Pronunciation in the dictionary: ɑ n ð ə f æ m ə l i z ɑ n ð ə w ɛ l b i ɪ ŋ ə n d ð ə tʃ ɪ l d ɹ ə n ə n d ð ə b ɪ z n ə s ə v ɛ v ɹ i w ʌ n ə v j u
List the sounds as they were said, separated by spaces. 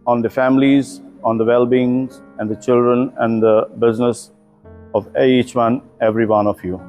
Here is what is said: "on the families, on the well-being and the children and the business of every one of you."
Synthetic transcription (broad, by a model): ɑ n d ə f æ m ə l i z ɑ n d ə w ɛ l b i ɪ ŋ ə n d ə tʃ ɪ l d ɹ ə n ə n d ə b ɪ z n ə s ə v ɛ v ɹ i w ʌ n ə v j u